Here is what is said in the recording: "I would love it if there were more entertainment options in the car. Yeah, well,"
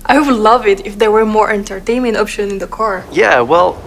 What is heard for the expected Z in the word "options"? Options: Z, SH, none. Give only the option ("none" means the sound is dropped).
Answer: none